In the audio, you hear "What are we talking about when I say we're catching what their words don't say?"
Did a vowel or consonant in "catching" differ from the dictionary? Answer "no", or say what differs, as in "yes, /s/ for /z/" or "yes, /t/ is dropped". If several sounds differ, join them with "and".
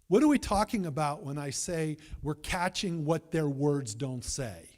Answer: no